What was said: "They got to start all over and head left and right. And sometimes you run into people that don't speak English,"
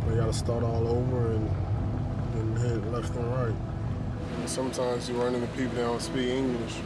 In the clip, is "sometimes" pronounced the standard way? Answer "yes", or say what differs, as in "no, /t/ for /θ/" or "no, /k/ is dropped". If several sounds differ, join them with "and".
yes